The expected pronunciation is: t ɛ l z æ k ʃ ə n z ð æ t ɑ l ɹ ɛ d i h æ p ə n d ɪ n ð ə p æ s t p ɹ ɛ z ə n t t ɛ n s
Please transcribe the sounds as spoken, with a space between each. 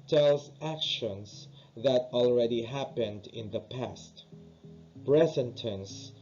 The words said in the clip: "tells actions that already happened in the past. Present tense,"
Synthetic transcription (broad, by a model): t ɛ l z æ k ʃ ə n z ð æ t ɑ l ɹ ɛ d i h æ p ə n d ɪ n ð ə p æ s t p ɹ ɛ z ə n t t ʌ n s